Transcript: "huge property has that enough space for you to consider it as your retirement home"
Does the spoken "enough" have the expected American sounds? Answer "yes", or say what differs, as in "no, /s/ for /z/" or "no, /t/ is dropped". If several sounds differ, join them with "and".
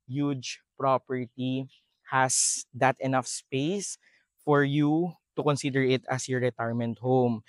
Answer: yes